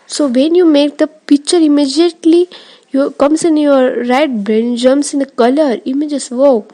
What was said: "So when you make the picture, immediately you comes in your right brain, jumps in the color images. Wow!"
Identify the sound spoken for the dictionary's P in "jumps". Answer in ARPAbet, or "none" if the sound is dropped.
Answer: none